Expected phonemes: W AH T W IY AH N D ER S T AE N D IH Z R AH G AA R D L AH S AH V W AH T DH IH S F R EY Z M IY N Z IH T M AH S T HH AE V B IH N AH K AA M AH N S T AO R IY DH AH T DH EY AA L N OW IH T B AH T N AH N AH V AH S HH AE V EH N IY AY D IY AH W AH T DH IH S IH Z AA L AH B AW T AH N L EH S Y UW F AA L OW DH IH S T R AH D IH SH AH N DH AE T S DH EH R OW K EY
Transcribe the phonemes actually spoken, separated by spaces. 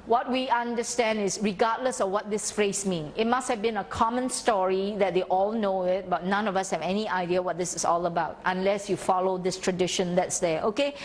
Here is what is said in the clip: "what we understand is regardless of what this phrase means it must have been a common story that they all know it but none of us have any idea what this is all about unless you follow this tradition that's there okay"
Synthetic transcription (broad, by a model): W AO T W IY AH N D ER S T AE N D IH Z R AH G AA D L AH S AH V W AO T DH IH S F R EY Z M IY N IH T M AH S T HH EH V B IH N AH K AA M AH N S T AO R IY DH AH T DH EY AA L N OW IH T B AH T N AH N AH V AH S HH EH V EH N IY AY D IY AH W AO T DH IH S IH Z AA L AH B AW T AH N L EH S Y UW F AA L OW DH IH S T R AH D IH SH AH N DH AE T S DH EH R OW K EY